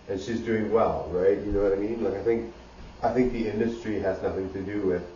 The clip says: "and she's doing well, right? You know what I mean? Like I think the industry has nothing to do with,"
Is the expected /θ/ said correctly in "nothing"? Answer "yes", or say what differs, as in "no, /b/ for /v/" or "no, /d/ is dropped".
yes